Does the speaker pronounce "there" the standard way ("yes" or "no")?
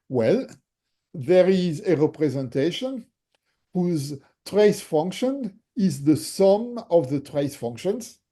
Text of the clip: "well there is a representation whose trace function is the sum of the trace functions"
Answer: yes